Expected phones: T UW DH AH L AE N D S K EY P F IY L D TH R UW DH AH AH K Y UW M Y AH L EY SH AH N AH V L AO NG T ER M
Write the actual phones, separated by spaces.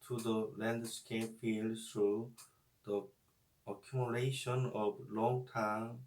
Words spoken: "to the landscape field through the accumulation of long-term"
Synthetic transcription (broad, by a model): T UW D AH L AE N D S K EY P F IY L D T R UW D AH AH K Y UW M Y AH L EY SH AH N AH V L AO NG T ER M